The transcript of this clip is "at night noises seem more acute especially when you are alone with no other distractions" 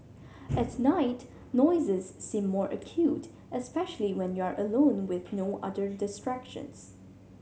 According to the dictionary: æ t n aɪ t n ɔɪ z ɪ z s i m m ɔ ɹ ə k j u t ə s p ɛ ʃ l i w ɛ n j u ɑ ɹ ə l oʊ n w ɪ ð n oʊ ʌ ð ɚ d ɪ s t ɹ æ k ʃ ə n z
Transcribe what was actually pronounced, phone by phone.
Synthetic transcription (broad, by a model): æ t n aɪ t n ɔɪ z ɪ z s i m m ɔ ɹ ə k j u t ə s p ɛ ʃ l i w ɛ n j u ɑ ɹ ə l oʊ n w ɪ ð n oʊ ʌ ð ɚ d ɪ s t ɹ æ k ʃ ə n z